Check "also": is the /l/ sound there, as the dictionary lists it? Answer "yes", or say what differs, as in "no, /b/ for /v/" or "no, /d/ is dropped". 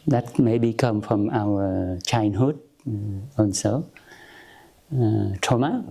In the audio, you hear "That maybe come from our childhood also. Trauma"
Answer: no, /n/ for /l/